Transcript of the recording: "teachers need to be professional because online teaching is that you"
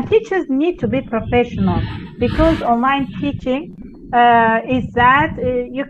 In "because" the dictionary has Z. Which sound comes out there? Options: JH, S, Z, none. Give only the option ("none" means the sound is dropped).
Z